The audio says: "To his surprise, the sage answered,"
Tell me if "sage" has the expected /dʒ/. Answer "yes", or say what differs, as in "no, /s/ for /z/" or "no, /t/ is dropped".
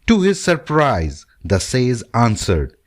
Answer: no, /z/ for /dʒ/